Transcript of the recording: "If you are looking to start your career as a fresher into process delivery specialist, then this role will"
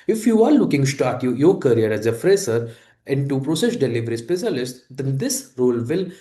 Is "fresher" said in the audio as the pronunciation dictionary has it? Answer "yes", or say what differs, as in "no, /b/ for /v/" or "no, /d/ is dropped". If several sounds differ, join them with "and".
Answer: no, /s/ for /ʃ/